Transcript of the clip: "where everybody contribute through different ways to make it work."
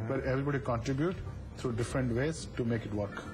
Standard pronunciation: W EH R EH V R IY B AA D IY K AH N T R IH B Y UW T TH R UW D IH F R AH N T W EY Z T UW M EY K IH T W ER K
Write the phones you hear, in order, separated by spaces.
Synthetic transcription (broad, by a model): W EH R EH V R IY B AA D IY K AH N T R IH B Y UW T T R UW D IH F R AH N T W EY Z T UW M EY K IH T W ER K